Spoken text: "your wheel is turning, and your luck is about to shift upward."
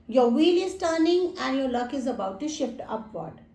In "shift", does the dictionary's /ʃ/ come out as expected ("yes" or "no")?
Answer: yes